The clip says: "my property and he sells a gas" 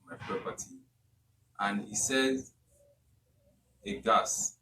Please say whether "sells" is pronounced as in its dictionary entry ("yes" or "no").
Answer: no